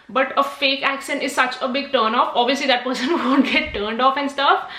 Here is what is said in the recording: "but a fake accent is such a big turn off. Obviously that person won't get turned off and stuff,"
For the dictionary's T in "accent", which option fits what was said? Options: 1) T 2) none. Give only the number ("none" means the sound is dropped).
2